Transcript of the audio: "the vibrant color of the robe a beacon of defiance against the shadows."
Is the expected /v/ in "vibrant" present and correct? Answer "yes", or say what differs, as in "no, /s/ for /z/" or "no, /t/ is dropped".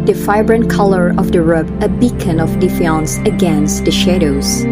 no, /f/ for /v/